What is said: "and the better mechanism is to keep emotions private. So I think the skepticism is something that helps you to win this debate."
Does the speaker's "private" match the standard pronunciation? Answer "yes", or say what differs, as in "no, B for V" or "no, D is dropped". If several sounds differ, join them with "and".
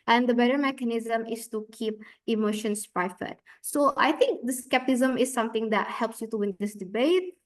no, F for V